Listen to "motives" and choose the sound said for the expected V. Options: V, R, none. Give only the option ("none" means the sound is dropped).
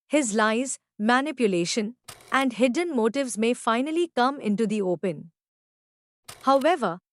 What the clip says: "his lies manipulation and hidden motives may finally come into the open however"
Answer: V